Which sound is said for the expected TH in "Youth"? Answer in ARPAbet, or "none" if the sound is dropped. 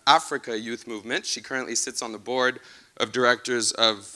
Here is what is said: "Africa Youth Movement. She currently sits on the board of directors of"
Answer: TH